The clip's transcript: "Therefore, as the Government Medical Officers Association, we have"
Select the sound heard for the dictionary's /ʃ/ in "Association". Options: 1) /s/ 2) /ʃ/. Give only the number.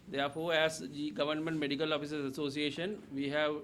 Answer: 2